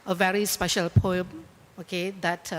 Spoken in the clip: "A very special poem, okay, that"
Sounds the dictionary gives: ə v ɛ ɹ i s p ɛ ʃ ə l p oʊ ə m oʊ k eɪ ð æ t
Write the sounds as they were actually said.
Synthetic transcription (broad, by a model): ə v ɛ ɹ i s p ɛ ʃ ə l p oʊ ə m oʊ k eɪ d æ t